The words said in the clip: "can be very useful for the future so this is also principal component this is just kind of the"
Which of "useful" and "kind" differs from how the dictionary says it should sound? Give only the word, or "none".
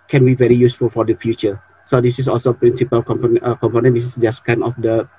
kind